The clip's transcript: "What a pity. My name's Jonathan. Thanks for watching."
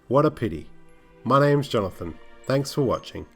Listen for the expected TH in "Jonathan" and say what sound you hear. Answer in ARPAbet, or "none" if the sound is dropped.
TH